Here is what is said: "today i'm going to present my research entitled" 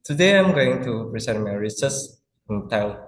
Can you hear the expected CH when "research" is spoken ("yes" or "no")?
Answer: no